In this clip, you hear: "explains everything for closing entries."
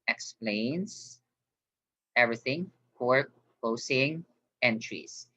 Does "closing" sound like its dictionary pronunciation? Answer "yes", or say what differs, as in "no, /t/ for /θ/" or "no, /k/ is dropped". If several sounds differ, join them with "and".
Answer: no, /l/ is dropped and /s/ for /z/